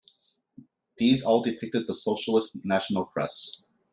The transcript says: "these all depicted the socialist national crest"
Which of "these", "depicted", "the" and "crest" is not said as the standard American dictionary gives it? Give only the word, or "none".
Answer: crest